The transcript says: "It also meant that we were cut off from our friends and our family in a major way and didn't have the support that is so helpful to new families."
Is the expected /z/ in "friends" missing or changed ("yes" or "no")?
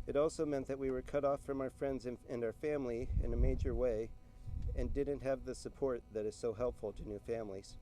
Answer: no